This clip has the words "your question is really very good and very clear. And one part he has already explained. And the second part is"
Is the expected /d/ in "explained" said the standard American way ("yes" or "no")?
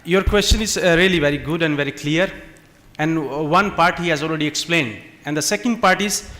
yes